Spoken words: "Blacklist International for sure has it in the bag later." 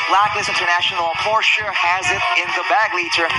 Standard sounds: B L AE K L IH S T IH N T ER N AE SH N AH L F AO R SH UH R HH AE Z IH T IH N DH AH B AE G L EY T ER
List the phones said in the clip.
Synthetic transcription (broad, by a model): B L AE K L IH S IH N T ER N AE SH N L P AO R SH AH R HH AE Z IH T IH N DH AH B AE G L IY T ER